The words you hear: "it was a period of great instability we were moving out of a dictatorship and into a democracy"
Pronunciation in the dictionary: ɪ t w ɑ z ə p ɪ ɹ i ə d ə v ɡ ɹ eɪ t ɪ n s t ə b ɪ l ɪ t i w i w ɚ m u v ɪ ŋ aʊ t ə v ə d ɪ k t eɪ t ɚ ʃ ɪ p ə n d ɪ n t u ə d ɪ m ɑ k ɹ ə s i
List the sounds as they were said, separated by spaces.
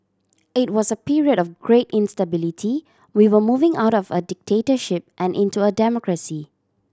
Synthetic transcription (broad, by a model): ɪ t w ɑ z ə p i ɹ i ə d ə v ɡ ɹ eɪ t ɪ n s t ə b ɪ l ɪ t i w i w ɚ m u v ɪ ŋ aʊ t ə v ə d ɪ k t eɪ t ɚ ʃ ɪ p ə n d ɪ n t u ə d ɪ m ɑ k ɹ ə s i